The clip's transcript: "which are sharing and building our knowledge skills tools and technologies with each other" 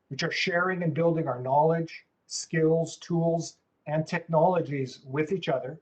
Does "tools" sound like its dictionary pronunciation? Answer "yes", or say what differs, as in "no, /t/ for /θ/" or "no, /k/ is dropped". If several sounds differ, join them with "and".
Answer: yes